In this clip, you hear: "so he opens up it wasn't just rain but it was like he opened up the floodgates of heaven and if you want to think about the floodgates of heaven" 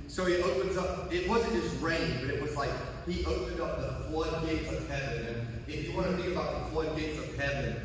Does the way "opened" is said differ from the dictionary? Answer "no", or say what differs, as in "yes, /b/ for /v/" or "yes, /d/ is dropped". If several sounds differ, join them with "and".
no